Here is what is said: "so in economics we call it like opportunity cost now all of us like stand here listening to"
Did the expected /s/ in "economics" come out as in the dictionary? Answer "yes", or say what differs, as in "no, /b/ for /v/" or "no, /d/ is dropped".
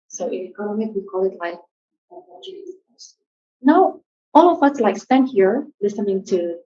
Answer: no, /s/ is dropped